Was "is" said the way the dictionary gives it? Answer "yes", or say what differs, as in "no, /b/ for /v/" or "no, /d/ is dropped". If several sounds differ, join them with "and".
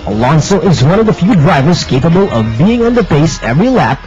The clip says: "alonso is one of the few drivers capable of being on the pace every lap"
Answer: yes